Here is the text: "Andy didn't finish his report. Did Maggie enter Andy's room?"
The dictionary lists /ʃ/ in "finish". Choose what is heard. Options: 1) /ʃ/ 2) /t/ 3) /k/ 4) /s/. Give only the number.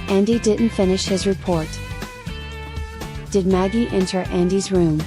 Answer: 1